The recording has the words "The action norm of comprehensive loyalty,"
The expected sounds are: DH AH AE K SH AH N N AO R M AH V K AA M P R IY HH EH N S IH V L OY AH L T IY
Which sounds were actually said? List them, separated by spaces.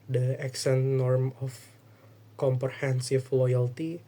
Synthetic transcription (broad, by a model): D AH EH K S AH N N AO R M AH F K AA M P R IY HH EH N S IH F L OY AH L T IY